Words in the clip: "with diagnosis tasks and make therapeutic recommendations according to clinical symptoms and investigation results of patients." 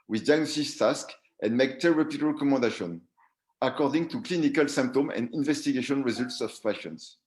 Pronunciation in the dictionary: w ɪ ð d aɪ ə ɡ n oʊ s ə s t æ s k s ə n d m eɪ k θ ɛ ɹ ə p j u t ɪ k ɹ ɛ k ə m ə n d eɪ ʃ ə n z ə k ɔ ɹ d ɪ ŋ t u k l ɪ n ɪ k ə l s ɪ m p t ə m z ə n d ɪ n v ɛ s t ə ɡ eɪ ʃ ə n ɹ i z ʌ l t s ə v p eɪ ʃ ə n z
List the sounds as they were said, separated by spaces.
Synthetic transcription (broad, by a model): w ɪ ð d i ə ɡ n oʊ s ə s t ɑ s k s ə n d m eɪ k t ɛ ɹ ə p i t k ɹ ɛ k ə m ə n d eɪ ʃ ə n ə k ɔ ɹ d ɪ ŋ t u k l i n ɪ k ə l s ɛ m p t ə m ə n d ɪ n v ɛ s t ə ɡ eɪ ʃ ə n ɹ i z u l t s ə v p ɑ ʃ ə n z